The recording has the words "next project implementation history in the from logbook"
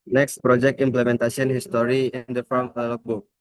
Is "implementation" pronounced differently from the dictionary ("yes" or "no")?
yes